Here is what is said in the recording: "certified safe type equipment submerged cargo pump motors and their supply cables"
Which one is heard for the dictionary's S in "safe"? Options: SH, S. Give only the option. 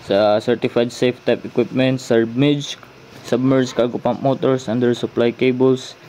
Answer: S